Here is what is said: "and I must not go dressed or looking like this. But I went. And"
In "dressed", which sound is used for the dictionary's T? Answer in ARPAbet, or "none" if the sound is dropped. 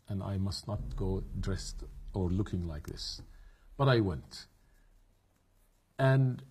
T